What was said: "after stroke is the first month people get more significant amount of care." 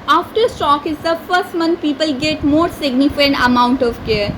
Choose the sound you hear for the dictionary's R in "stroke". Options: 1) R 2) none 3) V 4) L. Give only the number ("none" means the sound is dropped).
2